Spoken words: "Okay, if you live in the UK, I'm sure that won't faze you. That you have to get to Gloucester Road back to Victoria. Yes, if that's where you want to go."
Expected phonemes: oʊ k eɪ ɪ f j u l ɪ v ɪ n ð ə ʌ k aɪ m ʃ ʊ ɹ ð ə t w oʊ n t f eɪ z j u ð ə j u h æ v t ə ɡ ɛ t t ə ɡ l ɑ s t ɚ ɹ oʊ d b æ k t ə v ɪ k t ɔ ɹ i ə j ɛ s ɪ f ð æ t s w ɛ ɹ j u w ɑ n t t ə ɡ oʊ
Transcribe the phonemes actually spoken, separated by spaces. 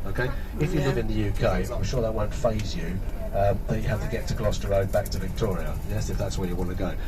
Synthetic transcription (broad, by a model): oʊ k eɪ ɪ f j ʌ l ɪ v ɪ n ð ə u k aɪ m ʃ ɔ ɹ ð ə t w oʊ n t f eɪ z j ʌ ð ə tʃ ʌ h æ f t ə ɡ ɛ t t ə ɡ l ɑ s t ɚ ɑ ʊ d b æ k t ə v ɪ k t ɔ ɹ i ə j ɛ s ɪ f ð æ t s w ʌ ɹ j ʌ w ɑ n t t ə ɡ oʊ